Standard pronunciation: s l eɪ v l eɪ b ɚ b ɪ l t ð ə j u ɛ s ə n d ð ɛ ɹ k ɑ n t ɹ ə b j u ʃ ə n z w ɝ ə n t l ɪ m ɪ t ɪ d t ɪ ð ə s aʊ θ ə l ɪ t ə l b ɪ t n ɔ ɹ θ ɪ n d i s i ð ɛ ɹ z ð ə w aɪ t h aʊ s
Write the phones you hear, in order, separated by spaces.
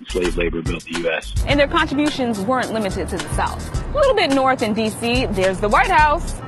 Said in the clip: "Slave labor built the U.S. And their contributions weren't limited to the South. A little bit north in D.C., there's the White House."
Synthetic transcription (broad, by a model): s l eɪ v l eɪ b ɚ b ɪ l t ð ə j u ɛ s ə n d ð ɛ ɹ k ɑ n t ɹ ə b j u ʃ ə n z w ɝ ə n t l ɪ m ɪ t ɪ d t ɪ ð ə s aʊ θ ə l ɪ t l b ɪ t n ɔ ɹ θ ɪ n d i s i ð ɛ ɹ z ð ə w aɪ t h aʊ s